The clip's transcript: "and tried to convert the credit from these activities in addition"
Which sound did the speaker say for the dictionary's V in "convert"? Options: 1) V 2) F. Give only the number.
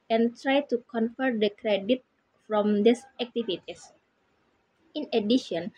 2